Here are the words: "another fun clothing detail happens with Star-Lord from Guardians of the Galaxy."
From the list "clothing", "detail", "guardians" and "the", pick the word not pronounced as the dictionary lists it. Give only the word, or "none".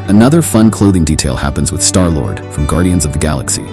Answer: none